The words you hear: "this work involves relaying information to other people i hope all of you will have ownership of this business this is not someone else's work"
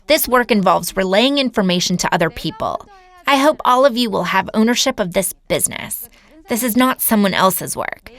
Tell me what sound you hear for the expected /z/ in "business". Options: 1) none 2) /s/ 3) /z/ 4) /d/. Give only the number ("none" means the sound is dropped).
3